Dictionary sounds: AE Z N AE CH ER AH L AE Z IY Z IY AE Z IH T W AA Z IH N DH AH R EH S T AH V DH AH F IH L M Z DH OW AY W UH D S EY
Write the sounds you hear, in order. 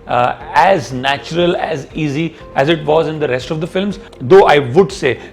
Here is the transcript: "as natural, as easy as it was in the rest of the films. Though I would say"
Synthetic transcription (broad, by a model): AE Z N AE CH ER AH L AE Z IY Z IY AE Z IH T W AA Z IH N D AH R EH S T AH V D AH F IH L M Z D OW AY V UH D S EY